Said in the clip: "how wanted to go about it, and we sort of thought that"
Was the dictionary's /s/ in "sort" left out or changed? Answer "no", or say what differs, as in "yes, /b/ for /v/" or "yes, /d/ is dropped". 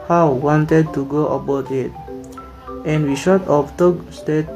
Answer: yes, /ʃ/ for /s/